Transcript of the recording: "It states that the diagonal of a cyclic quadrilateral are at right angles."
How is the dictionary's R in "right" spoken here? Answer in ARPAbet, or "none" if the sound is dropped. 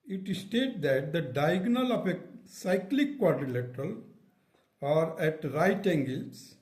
R